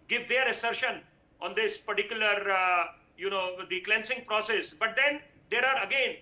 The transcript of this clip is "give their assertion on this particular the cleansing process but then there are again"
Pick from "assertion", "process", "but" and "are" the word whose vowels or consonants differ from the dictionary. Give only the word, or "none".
none